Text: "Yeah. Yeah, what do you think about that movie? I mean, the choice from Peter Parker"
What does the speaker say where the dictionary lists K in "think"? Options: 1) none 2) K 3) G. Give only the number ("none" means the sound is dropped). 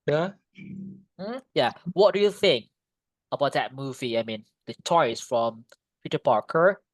2